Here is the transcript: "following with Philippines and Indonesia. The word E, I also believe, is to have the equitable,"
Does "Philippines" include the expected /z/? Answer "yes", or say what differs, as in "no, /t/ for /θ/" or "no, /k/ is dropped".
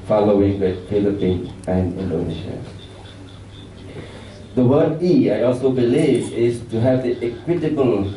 no, /z/ is dropped